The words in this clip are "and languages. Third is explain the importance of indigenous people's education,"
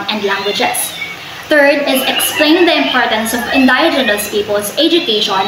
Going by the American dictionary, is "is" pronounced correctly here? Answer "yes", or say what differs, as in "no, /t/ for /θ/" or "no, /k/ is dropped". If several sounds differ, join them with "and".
yes